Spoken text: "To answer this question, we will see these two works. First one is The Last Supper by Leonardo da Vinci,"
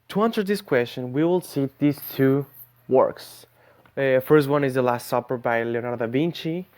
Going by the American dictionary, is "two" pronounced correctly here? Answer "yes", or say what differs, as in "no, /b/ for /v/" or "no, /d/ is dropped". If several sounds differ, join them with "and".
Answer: yes